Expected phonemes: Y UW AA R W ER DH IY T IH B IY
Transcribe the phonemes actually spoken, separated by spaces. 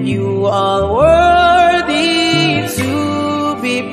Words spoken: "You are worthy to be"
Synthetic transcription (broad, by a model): Y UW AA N W ER DH IY T IH B IY